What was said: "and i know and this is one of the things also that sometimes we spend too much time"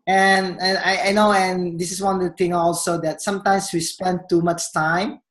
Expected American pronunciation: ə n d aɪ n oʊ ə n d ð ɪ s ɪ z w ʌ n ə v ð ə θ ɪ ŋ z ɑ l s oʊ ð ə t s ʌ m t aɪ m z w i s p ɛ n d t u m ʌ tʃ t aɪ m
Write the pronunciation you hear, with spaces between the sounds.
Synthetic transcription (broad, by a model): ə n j aɪ n oʊ ə n d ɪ s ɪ s w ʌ n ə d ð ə t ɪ ŋ ɑ l s oʊ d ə t s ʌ m t aɪ m s w i s p ɛ n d t u m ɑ tʃ t aɪ m